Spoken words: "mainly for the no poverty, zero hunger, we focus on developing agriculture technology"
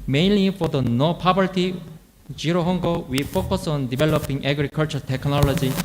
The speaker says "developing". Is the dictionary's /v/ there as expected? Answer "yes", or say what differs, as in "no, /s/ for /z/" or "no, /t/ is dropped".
no, /b/ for /v/